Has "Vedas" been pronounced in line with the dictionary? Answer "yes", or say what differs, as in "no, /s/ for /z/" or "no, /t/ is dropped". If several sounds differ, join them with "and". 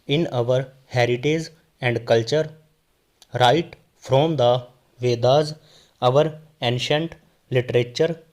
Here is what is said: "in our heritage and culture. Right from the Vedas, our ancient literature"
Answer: yes